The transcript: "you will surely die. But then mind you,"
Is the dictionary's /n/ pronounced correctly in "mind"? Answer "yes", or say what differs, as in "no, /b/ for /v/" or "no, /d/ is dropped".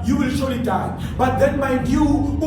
no, /n/ is dropped